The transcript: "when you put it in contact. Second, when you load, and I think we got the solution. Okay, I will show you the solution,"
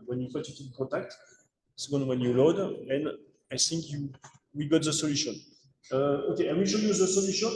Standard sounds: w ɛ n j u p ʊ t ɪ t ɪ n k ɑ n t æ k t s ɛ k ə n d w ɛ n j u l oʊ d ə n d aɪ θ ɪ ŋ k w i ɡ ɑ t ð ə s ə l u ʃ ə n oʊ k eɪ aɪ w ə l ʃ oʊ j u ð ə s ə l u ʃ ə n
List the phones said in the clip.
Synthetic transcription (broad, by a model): w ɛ n j u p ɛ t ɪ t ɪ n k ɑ t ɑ k t s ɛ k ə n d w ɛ n j u l oʊ d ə n aɪ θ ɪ ŋ k w i ɡ ɑ t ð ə s ə l u ʃ ə n oʊ k eɪ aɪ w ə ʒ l j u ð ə s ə l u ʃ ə n